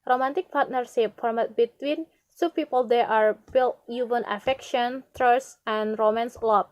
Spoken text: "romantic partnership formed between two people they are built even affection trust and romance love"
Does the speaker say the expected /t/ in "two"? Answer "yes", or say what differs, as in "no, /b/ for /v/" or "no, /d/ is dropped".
no, /s/ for /t/